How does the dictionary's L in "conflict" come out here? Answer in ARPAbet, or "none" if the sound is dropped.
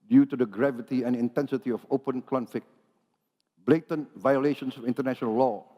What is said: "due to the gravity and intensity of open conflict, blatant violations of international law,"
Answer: none